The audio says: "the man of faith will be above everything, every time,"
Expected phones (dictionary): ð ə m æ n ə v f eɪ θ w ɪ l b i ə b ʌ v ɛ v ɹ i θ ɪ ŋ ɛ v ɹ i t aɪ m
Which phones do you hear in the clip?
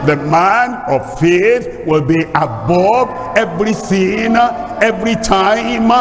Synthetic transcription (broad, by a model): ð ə m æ n ə v f eɪ θ w ɪ l b i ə b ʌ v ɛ v ɹ i s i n ɛ v ɹ i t aɪ m